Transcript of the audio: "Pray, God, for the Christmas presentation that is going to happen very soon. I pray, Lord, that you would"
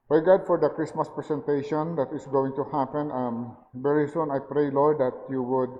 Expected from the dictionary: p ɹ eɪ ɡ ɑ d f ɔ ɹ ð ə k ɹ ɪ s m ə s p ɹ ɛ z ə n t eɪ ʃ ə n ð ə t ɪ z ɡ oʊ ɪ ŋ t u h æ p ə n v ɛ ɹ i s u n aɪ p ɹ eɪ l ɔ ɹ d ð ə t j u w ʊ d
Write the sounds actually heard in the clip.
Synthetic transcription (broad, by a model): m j ɡ ɑ d f ɔ ɹ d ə k ɹ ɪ s m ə s p ɹ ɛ s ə n t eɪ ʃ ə n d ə t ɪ s ɡ oʊ ɪ ŋ t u h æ p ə n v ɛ ɹ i s u n aɪ p ɹ eɪ l ɔ ɹ d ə t j u w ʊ d